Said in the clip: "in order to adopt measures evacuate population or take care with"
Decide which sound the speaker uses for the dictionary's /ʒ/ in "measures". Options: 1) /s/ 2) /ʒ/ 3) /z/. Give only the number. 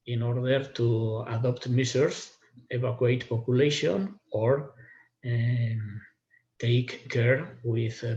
1